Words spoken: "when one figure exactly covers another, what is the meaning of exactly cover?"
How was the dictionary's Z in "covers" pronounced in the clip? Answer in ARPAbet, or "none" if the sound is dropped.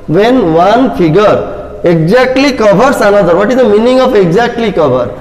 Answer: S